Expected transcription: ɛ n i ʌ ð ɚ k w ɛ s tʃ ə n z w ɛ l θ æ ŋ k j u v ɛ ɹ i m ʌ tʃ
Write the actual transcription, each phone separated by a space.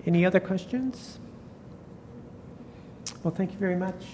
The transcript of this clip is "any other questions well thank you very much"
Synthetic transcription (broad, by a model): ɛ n i ʌ ð ɚ k w ɛ s tʃ ə n z w ɛ l θ æ ŋ k j u v ɛ ɹ i m ʌ tʃ